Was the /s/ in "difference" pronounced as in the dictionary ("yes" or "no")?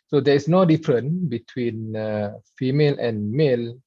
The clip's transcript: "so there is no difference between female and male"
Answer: no